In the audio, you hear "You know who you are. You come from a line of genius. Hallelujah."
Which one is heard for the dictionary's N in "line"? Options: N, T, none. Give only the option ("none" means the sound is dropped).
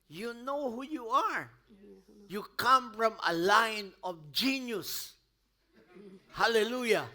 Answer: N